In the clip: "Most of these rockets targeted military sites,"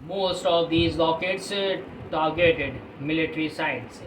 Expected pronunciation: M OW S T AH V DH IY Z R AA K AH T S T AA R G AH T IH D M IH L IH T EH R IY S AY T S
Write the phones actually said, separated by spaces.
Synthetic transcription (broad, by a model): M OW S T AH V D IY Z L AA K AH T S T AA R G AH T IH D M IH L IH T R IY S AY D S